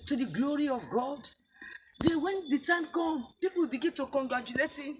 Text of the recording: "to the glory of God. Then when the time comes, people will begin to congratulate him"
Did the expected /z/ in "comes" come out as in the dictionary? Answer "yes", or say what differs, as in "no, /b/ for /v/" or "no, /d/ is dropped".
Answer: no, /z/ is dropped